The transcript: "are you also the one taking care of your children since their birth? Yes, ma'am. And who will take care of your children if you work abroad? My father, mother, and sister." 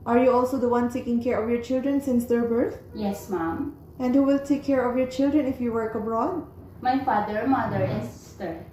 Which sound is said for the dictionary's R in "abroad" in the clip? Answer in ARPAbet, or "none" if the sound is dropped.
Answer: R